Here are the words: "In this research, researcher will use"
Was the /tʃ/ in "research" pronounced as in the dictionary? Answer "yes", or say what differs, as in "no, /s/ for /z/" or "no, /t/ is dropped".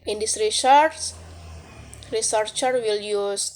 no, /s/ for /tʃ/